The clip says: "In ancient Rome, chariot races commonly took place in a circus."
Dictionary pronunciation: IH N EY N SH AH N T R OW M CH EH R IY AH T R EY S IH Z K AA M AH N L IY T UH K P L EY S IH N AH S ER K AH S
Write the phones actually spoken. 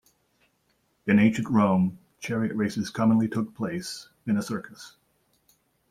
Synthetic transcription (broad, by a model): IH N EY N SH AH N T R OW M CH EH R IY AH T R EY S IH Z K AA M AH N L IY T UH K P L EY S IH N AH S ER K AH S